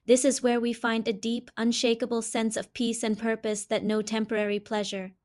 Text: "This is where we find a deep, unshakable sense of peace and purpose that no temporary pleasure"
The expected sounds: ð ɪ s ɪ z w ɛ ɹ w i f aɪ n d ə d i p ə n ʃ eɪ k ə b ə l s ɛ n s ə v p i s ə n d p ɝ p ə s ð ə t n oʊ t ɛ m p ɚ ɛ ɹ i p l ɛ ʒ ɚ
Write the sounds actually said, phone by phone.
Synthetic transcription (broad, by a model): ð ɪ s ɪ z w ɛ ɹ w i f aɪ n d ə d i p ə n ʃ eɪ k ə b l s ɛ n s ə v p i s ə n p ɝ p ə s ð ə t n oʊ t ɛ m p ɚ ɛ ɹ i p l ɛ ʒ ɚ